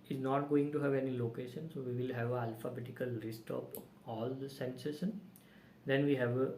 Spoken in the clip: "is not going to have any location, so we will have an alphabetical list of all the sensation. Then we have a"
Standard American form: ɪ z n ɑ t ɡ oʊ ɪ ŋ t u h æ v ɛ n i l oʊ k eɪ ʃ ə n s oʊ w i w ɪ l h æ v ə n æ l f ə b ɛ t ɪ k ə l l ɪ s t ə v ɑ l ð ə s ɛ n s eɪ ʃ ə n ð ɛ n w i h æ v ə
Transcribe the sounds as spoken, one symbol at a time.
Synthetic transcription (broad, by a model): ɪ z n ɑ t ɡ oʊ ɪ ŋ t u h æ v ɛ n i l oʊ k eɪ ʃ ə n s oʊ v i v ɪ l h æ v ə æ l f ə b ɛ t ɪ k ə l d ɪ s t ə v ɑ l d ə s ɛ n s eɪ s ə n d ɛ n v i h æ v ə